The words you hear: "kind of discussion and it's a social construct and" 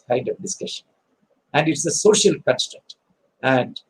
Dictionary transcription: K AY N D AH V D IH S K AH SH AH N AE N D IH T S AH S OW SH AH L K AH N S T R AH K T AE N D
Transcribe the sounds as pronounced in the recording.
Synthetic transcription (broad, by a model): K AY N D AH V D IH S K AH SH AH N AE N D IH T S AH S OW SH AH L K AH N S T AH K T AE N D